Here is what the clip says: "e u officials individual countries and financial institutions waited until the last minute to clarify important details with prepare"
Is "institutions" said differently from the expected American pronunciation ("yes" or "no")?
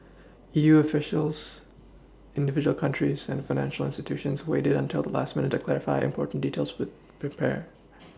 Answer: no